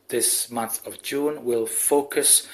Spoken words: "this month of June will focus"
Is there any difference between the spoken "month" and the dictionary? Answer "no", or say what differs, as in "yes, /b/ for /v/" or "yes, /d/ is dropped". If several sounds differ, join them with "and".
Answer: no